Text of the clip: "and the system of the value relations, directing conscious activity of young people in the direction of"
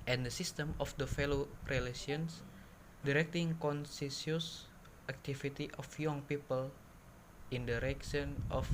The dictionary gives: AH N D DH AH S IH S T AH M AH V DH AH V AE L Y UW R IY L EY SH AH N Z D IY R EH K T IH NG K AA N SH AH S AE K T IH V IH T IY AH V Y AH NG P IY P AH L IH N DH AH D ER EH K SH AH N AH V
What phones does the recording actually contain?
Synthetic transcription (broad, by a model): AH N D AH S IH S T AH M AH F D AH F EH L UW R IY L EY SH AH N S D IY R EH K T IH NG K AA N S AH S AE K T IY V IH T IY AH F Y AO NG P IY P AH L IH N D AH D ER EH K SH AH N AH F